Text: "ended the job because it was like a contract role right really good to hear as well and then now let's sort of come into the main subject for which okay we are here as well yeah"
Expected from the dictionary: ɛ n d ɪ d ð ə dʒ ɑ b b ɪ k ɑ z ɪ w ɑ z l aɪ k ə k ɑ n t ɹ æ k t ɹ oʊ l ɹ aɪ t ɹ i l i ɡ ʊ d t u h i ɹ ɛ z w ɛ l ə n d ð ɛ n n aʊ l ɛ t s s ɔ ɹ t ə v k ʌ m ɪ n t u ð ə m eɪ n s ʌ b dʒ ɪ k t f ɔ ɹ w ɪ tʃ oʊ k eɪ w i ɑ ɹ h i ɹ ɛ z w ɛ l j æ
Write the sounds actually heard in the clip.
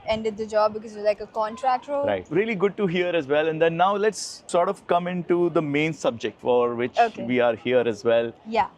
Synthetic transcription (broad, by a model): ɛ n d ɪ d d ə dʒ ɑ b b ɪ k ɑ z ɪ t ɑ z l aɪ k ə k ɑ n t ɹ æ k t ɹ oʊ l ɹ aɪ t ɹ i l i ɡ ʊ d t u h i ɹ ɛ z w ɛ l ə n d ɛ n n aʊ l ɛ t s s ɔ ɹ t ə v k ʌ m ɪ n t u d ə m eɪ n s ʌ b dʒ ɪ k t f ɔ ɹ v ɪ tʃ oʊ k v i ɑ ɹ h i ɹ ɛ z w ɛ l j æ